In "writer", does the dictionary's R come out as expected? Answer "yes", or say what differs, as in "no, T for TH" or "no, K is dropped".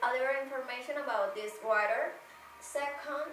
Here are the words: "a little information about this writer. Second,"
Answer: no, W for R